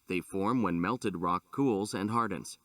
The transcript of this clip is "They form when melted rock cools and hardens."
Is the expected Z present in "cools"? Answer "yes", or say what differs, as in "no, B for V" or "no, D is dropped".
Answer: yes